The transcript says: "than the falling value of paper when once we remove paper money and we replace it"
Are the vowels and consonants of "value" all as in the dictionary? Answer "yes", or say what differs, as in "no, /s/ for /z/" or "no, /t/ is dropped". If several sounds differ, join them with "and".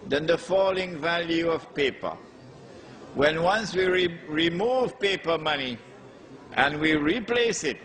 yes